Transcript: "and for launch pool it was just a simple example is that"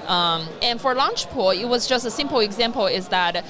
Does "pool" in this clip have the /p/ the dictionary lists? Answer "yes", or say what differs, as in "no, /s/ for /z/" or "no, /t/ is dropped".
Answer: yes